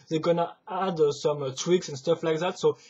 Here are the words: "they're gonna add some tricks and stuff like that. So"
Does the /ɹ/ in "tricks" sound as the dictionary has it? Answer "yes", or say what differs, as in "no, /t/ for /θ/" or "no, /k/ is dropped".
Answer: no, /w/ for /ɹ/